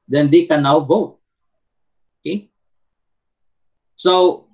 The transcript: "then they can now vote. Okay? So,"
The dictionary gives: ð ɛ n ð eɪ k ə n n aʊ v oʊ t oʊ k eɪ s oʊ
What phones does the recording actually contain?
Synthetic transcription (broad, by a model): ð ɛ n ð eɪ k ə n n aʊ v oʊ t oʊ k eɪ s oʊ